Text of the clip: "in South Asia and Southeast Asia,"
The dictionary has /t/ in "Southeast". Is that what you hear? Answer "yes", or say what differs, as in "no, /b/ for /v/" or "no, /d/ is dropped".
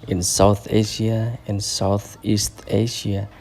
yes